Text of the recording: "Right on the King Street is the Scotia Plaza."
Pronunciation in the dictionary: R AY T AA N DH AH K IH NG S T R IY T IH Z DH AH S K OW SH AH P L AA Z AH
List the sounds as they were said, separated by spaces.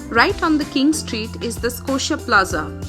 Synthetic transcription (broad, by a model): R AY T AA N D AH K IH NG S T R IY T IH Z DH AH S K OW SH AH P L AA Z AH